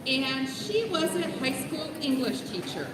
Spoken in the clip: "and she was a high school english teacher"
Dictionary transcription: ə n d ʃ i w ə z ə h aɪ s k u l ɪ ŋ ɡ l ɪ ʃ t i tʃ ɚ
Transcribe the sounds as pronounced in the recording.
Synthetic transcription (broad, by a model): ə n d ʃ i w ə z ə h aɪ s k u l ɪ ŋ ɡ l ɪ ʃ t i tʃ ɚ